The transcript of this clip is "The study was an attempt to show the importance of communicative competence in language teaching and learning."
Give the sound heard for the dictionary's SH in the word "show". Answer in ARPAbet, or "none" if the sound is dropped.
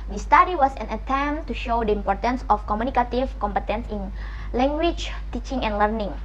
SH